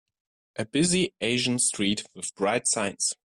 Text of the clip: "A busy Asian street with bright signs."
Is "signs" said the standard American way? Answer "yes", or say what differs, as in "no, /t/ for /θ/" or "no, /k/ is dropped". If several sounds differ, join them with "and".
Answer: no, /s/ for /z/